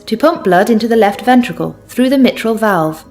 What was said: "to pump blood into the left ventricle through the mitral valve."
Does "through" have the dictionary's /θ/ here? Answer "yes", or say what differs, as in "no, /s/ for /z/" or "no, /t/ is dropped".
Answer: yes